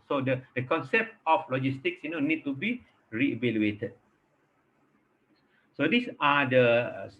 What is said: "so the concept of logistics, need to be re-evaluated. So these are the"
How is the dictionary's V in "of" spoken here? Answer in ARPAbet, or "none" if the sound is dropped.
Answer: F